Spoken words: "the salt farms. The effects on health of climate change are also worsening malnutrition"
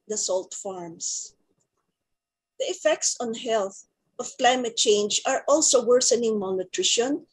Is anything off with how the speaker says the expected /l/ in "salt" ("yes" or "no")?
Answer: no